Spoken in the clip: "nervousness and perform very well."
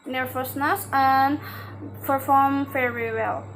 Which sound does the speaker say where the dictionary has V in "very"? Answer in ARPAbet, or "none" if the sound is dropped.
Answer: F